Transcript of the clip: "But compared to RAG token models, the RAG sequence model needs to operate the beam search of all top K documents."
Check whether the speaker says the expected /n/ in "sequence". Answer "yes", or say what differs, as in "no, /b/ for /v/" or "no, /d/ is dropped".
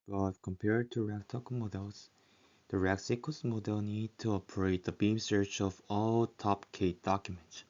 no, /n/ is dropped